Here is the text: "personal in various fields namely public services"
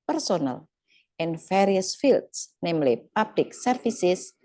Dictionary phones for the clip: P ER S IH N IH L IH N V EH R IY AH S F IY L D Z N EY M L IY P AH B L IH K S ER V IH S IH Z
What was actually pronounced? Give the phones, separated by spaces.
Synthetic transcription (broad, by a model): P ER S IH N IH L IH N F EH R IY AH S F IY L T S N EY M L IY P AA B L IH K S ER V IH S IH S